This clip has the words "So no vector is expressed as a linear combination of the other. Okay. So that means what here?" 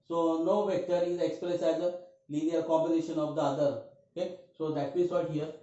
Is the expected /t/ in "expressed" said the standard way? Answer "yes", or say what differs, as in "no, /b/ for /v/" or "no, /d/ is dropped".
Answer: no, /t/ is dropped